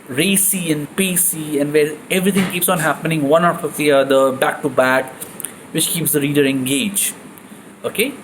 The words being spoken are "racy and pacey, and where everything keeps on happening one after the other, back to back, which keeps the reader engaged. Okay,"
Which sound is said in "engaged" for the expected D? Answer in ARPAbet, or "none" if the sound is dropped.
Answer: none